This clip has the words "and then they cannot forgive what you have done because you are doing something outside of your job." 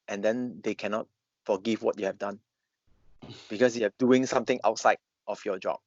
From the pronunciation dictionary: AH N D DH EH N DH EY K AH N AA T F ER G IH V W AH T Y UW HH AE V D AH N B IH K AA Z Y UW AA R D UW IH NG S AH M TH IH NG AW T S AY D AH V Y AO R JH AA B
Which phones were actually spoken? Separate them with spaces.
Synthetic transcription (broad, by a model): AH N D EH N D EY K AH N AA T F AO G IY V W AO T Y UW HH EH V D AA N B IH K AA S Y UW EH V D UW IH NG S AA M T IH NG AW T S AY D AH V Y AO JH AA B